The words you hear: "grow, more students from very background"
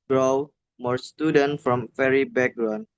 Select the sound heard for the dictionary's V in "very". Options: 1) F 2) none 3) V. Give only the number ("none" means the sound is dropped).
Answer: 1